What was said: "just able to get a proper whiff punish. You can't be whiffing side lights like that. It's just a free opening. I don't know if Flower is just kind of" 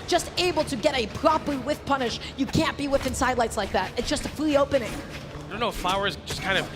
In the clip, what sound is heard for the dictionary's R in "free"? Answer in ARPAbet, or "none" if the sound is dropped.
L